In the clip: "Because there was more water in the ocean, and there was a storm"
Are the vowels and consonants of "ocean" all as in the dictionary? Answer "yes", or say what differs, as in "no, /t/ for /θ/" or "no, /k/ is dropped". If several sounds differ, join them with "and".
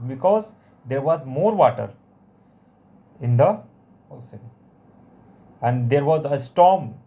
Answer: no, /s/ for /ʃ/